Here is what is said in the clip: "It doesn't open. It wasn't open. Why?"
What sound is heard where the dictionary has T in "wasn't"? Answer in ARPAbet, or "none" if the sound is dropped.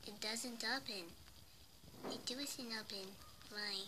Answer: none